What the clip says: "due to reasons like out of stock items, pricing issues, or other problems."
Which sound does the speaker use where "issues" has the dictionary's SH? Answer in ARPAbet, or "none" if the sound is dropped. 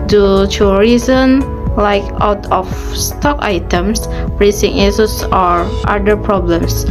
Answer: S